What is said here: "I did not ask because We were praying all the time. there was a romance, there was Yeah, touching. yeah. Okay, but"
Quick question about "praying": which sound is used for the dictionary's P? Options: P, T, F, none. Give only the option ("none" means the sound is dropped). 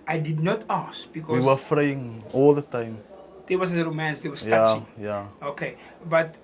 F